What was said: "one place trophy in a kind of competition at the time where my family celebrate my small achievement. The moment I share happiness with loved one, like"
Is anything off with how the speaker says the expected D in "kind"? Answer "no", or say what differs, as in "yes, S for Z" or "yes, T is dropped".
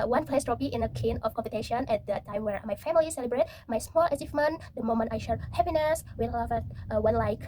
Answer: yes, D is dropped